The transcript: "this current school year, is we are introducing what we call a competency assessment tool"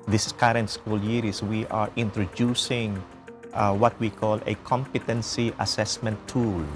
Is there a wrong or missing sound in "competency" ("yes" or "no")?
no